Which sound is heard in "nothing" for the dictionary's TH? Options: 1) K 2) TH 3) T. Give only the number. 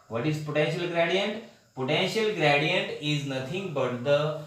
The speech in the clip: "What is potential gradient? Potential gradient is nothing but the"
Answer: 3